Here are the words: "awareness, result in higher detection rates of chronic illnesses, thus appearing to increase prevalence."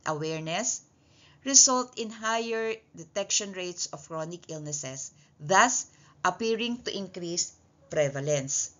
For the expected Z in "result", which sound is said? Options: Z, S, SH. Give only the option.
S